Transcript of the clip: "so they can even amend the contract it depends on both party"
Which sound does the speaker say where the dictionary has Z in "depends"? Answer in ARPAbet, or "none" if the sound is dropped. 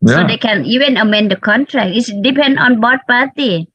none